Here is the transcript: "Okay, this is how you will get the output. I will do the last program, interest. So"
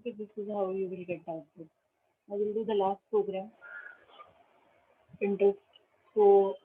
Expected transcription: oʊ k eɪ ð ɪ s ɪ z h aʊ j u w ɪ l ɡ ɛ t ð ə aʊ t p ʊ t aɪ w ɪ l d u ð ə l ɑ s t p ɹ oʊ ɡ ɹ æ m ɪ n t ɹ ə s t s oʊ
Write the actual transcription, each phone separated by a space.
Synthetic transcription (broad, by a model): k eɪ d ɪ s ɪ z h aʊ j u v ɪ l ɡ ɛ t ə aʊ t ʊ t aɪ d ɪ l d u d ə l ɑ s t p ɹ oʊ ɡ ɹ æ m ɪ n t ɹ ə s t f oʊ